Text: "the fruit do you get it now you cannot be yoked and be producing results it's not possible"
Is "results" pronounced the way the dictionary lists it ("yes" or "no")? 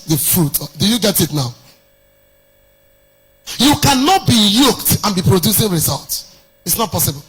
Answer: yes